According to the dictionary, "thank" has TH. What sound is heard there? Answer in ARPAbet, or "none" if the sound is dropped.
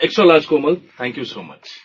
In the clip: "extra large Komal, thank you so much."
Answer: T